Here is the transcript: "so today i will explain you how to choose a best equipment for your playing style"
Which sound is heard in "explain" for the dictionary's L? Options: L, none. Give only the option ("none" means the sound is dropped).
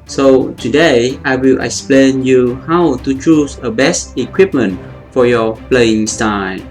L